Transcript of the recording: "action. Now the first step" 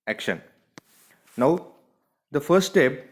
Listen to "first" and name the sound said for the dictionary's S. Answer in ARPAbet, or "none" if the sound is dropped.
none